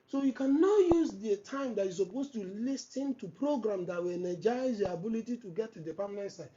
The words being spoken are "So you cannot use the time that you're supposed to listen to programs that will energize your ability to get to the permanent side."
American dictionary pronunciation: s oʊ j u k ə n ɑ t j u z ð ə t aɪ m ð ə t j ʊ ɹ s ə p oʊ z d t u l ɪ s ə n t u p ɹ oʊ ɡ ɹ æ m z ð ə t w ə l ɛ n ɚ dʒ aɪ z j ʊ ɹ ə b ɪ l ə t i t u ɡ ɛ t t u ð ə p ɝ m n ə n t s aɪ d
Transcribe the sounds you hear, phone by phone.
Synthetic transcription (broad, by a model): s oʊ j u k ə n ɑ t j u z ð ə t aɪ m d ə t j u s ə p oʊ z t u l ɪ s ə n t u p ɹ oʊ ɡ ɹ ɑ m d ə t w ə n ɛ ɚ dʒ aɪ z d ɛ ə b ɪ l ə t i t u ɡ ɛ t t u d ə p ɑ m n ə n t s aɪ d